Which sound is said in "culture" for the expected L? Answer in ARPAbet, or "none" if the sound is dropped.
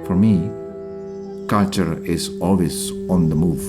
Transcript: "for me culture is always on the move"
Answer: none